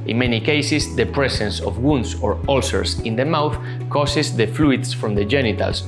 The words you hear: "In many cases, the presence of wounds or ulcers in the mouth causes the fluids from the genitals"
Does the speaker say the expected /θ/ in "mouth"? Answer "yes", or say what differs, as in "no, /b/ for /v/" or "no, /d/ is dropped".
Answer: yes